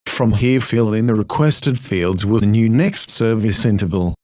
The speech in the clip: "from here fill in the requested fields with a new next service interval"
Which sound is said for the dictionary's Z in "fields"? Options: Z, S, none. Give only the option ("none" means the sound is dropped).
Z